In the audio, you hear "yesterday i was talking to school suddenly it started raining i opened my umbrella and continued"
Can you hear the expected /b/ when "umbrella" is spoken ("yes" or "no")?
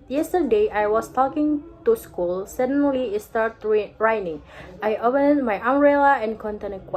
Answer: no